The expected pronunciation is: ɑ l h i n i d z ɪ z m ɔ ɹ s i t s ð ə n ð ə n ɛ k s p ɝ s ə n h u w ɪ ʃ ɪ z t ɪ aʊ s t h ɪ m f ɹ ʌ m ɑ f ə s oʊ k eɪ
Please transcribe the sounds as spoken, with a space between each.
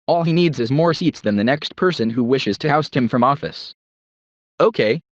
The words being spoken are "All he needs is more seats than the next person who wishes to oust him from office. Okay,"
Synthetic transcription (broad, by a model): ɑ l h i n i d z ɪ z m ɔ ɹ s i t s ð ə n ð ə n ɛ k s p ɝ s ə n h u w ɪ ʃ ɪ z t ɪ aʊ s t h ɪ m f ɹ ʌ m ɑ f ə s oʊ k eɪ